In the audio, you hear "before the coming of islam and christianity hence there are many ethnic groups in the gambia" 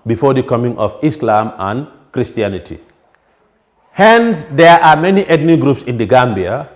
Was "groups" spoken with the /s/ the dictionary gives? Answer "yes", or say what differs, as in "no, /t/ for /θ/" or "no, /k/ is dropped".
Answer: yes